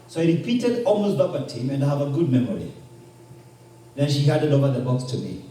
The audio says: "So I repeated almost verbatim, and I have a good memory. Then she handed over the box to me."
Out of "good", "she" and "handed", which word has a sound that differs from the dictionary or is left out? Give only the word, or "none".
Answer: handed